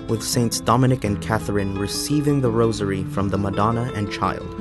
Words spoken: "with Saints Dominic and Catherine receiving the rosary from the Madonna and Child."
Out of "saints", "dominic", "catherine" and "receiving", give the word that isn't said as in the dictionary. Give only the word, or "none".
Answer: none